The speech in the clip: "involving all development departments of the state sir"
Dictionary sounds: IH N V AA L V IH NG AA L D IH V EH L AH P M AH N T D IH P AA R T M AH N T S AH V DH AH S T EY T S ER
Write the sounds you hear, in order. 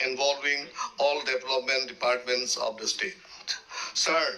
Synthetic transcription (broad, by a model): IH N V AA L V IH NG AA L D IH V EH L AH P M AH N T D IH P AA R T M AH N T S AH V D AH S T EY T S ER